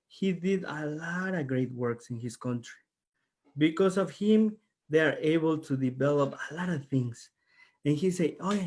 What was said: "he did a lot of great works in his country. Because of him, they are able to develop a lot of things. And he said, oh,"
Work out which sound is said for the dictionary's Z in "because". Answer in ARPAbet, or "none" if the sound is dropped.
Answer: S